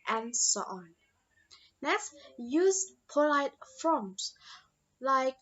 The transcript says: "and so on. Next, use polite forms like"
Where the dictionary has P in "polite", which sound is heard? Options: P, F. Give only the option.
P